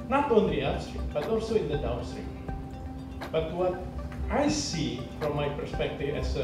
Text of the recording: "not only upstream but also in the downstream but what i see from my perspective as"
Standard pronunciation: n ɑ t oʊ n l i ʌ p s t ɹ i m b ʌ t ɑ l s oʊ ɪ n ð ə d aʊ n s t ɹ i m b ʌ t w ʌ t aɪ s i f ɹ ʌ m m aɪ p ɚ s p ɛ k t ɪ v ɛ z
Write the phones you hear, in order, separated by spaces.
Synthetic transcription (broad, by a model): n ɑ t oʊ n l i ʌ s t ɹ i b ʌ t ɑ l s oʊ ɪ n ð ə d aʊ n s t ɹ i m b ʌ t w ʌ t aɪ s i f ɹ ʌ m m aɪ p ɚ s p ɛ k t ɪ v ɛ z